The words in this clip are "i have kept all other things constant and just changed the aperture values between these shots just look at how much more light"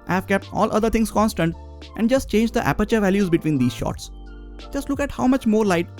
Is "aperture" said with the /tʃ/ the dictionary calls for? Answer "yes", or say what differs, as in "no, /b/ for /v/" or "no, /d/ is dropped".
yes